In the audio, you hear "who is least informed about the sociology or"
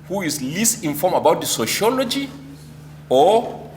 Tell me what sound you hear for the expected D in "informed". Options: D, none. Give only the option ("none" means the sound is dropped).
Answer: none